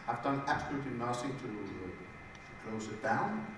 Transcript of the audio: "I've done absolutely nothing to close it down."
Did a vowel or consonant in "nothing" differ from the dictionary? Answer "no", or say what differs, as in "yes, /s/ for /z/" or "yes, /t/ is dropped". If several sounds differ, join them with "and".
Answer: yes, /s/ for /θ/